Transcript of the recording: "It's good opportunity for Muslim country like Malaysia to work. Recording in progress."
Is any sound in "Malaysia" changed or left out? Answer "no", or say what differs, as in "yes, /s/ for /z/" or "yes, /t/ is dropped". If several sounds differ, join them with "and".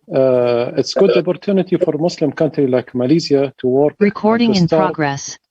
yes, /z/ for /ʒ/